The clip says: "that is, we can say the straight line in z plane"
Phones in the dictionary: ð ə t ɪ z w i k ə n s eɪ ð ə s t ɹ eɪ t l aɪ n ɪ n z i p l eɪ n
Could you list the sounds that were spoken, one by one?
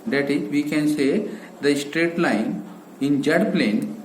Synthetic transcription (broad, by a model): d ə t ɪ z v i k ə n s eɪ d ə s t ɹ eɪ t l aɪ n ɪ n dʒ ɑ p l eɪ n